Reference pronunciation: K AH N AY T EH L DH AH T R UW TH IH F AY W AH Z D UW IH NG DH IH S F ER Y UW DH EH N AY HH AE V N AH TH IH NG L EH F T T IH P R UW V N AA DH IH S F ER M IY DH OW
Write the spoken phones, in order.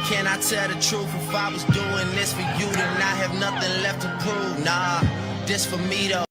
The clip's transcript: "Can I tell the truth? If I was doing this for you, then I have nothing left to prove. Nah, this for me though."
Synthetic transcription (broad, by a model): K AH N AY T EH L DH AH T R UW F IH F AY W AH Z D UW IH NG DH IH S F ER Y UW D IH N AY HH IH V N AH TH IH NG L EH F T T IH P UW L N AA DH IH S F ER M IY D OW